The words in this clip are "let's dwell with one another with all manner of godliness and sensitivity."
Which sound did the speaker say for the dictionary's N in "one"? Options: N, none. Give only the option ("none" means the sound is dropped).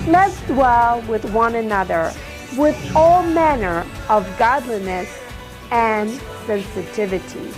N